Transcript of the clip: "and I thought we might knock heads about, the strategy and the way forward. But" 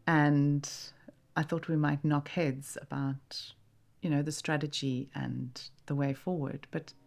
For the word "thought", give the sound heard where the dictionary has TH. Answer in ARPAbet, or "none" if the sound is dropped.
TH